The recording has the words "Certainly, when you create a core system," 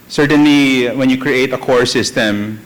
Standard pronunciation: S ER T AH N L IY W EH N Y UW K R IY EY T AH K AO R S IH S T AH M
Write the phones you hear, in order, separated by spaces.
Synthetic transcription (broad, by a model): S ER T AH N L IY W EH N Y UW K R IY EY T AH K AO R S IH S T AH M